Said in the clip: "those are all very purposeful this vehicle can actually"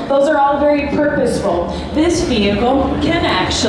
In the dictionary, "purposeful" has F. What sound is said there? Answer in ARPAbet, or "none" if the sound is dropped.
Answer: F